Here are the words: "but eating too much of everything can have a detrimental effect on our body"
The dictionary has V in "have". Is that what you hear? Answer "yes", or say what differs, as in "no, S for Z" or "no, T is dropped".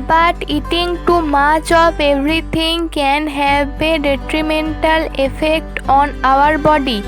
no, B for V